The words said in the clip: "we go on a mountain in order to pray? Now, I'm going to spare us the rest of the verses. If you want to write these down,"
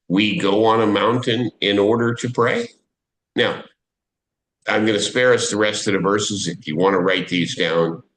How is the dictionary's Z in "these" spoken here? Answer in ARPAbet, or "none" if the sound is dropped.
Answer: Z